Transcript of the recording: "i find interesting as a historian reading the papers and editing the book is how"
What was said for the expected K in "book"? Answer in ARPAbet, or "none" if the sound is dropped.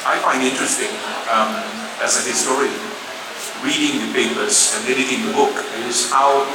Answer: K